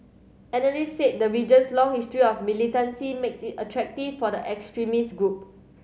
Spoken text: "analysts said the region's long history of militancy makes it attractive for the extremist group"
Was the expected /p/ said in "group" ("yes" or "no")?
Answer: yes